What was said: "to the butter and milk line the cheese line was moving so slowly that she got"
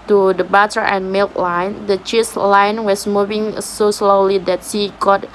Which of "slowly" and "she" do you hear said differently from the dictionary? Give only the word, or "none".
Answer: she